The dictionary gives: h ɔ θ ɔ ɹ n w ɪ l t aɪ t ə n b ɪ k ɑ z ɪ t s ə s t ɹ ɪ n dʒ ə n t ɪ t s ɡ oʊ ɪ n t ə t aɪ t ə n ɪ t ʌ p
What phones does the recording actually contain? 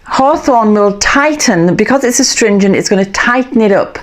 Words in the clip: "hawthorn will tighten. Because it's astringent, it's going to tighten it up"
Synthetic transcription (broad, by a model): h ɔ θ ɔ n w ɪ l t aɪ t n b ɪ k ɑ z ɪ t s ə s t ɹ ɪ n dʒ ə n t ɪ t s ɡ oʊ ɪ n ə t aɪ t n ɪ t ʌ p